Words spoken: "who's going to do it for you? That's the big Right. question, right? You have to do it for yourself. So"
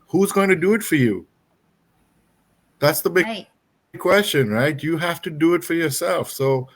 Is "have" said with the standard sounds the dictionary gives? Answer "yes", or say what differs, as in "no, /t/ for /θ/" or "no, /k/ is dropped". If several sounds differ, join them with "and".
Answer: no, /f/ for /v/